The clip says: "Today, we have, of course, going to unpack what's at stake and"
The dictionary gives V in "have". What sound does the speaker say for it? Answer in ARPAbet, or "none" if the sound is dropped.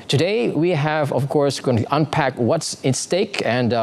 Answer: V